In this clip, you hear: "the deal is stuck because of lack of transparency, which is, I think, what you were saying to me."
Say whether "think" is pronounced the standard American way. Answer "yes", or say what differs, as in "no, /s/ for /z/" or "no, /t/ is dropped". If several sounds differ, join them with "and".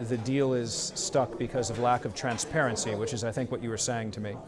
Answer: yes